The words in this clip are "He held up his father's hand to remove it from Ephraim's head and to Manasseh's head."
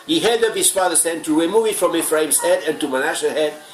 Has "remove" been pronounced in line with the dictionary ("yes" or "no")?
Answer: no